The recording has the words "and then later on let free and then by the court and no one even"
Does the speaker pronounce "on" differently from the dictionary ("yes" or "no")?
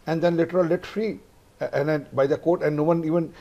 yes